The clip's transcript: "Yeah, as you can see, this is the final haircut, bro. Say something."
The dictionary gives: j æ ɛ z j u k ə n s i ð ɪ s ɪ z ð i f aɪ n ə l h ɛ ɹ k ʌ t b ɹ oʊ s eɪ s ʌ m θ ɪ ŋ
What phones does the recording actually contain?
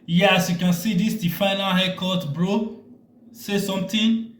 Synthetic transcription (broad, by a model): j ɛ s j u k ə n s i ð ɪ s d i f aɪ n ə l h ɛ k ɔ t b ɹ oʊ s eɪ s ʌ m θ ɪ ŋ